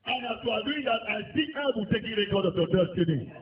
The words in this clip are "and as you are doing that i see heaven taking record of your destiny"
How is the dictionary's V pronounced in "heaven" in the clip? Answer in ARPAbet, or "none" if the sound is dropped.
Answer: B